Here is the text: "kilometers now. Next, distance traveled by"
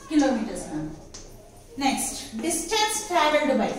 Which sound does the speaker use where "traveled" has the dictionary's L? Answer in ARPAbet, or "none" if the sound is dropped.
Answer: none